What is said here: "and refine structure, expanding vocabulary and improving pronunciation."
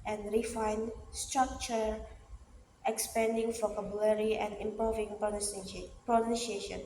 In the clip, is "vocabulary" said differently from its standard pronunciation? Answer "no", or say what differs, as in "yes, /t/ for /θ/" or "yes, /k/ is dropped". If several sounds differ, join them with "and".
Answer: yes, /f/ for /v/